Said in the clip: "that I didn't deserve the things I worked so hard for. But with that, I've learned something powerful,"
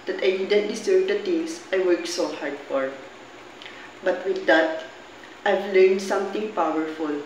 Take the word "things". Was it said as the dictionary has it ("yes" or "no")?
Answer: no